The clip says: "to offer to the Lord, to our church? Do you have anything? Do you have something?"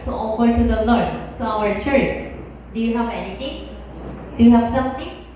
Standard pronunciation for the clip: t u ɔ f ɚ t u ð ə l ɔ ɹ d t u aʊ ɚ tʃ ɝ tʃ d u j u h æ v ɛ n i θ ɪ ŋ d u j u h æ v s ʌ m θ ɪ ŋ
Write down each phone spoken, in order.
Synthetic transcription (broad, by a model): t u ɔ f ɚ t u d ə l ɔ ɹ d t u aʊ ɚ tʃ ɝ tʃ d u j u h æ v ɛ n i t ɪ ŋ d u j u h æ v s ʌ m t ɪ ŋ